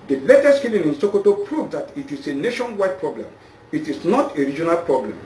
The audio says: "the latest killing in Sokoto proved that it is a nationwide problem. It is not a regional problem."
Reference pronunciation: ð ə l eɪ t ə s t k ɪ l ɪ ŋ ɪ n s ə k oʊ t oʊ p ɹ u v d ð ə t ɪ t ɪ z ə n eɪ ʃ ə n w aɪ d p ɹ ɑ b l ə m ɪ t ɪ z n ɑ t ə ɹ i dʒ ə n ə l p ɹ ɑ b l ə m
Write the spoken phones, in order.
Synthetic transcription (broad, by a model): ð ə l eɪ t ə s t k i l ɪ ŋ ɪ n s ə k oʊ t oʊ p ɹ u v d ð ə t ɪ t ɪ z ə n eɪ ʃ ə n w aɪ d p ɹ ɑ b l ə m ɪ t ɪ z n ɑ t ə ɹ i dʒ ə n ə l p ɹ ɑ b l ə m